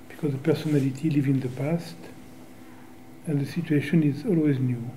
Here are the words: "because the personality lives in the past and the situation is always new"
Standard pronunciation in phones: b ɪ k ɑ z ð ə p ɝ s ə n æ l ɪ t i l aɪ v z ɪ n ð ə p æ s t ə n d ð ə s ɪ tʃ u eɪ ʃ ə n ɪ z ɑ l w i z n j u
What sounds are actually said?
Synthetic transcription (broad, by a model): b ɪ k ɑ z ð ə p ɝ s ə n æ l ɪ t i l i v ɪ n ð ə p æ s t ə n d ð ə s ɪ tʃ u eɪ ʃ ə n ɪ z ɑ l w i z n j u